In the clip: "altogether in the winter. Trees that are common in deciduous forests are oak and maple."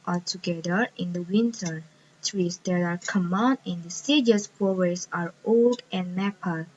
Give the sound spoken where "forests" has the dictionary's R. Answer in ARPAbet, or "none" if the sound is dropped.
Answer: W